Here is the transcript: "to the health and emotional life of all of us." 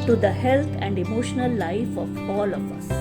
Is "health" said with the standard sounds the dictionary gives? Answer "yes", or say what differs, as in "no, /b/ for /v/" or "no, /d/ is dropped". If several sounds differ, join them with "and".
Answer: no, /t/ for /θ/